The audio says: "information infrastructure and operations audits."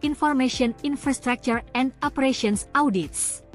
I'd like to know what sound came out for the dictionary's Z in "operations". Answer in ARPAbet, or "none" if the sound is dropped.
S